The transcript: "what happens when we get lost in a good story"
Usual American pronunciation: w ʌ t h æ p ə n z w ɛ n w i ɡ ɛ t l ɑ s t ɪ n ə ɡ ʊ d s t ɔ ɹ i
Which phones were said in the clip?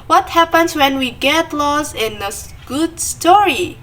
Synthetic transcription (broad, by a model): w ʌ t h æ p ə n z w ɛ n w i ɡ ɛ t l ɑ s ɪ n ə ɡ ʊ d s t ɔ ɹ i